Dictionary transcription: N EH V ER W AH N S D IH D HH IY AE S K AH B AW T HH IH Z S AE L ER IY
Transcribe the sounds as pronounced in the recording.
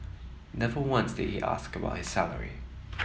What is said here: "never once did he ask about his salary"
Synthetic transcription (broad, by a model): N EH V ER W AH N S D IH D HH IY AE S K AH B AW T HH IH Z S AE L ER IY